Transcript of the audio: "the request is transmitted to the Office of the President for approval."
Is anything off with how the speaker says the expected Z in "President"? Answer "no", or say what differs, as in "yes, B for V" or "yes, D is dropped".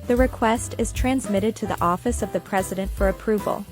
no